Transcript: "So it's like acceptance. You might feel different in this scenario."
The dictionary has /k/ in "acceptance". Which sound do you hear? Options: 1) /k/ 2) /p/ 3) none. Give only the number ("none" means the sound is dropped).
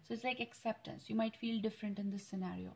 1